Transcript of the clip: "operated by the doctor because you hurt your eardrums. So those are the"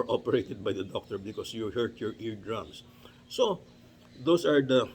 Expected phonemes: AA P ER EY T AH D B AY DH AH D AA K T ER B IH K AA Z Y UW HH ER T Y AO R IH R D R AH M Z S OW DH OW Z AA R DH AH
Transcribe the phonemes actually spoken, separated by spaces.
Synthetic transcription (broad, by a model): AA P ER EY T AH D B AY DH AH D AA K T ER B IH K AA S Y UW HH ER T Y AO R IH R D R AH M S S OW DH OW S AA R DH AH